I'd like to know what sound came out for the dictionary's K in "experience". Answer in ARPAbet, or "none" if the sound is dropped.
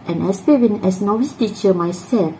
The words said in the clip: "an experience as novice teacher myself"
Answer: none